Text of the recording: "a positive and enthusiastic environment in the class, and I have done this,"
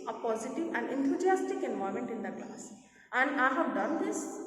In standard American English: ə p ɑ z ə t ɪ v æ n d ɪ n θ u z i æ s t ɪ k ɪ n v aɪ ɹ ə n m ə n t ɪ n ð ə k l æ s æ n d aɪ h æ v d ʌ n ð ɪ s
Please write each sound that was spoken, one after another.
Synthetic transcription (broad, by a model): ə p ɑ z ə t ɪ v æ n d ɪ n t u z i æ s t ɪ k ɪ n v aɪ ə m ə n t ɪ n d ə k l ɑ s æ n d aɪ h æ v d ʌ n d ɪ s